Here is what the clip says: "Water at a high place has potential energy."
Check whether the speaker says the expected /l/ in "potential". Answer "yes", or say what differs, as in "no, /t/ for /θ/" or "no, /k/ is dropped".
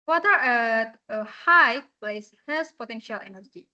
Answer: yes